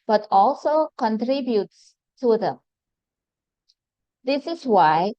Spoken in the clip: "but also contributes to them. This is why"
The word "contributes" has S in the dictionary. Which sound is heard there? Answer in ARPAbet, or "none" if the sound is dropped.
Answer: S